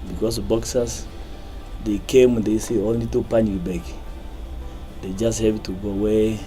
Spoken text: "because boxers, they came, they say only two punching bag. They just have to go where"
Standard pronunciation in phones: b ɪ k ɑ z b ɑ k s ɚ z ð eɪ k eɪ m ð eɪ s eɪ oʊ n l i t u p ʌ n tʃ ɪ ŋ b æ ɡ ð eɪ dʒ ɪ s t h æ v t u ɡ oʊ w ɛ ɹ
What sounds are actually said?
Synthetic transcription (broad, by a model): b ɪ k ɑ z b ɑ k s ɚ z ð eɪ k eɪ m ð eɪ s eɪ oʊ n l i t u p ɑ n ɪ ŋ b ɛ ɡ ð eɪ dʒ ɪ s t h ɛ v t u ɡ oʊ w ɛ